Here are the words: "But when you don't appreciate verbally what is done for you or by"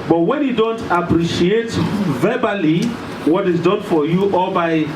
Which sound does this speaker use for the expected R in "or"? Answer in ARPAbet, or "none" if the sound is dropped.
L